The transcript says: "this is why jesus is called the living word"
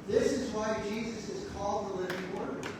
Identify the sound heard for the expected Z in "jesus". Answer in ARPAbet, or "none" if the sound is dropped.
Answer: Z